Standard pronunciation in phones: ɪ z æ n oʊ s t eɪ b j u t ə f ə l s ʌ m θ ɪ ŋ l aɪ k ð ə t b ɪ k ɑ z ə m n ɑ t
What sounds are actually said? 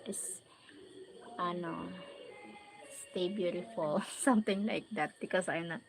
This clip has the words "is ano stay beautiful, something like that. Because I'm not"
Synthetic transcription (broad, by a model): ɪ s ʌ n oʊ s t eɪ b j u t ə f ə l s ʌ m t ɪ ŋ l aɪ k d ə t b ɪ k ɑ s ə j n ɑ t